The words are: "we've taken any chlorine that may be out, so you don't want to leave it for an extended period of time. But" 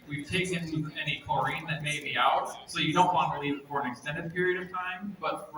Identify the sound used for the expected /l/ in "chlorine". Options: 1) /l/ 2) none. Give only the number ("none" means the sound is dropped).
2